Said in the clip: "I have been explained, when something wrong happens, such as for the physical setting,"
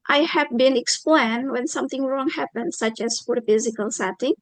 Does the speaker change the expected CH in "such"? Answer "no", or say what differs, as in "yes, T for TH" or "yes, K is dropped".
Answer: no